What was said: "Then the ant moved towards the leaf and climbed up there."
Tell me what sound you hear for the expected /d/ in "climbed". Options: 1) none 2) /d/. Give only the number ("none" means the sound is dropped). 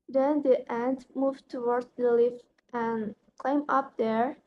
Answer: 1